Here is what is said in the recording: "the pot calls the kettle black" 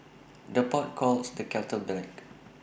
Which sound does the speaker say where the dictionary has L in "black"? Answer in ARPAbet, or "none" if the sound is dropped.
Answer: none